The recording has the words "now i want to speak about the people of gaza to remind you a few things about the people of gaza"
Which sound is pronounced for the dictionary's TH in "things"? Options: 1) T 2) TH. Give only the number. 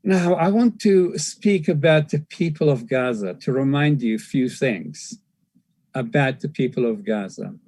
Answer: 2